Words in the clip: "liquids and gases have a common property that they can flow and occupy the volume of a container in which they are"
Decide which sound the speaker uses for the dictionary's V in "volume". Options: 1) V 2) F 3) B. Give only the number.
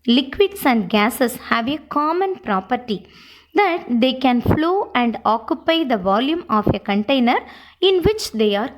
1